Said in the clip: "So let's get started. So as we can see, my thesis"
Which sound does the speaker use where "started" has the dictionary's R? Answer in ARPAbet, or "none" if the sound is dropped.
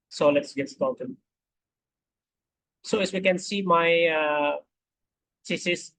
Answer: L